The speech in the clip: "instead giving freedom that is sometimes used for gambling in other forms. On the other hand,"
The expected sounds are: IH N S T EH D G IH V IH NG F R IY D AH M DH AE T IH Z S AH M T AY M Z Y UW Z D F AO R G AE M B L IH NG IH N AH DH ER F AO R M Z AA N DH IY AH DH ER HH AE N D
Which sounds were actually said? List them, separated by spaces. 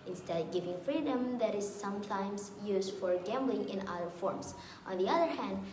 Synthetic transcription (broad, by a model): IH N S T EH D G IH V IH NG F R IY D AH M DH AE T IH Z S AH M T AY M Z Y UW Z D F AO R G AE M B L IH NG IH N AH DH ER F AO R M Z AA N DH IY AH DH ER HH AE N D